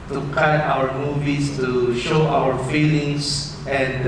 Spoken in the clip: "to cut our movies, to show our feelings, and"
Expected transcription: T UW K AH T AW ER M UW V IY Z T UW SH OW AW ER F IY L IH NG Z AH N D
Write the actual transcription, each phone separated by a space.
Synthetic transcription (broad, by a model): T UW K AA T AW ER M UW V IY S T UW SH OW AW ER F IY L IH NG S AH N